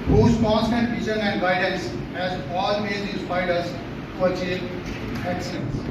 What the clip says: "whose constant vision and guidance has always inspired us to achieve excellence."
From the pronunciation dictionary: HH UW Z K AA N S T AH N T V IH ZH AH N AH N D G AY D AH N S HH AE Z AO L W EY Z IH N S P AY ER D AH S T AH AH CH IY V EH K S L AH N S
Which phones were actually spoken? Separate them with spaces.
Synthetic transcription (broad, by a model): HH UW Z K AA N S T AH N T F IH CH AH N AH N D G AY D AH N S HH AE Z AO L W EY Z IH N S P AY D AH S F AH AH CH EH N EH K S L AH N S